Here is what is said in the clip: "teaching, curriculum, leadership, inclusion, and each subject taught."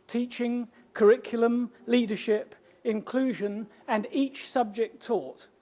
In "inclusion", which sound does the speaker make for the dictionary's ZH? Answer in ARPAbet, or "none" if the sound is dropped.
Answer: ZH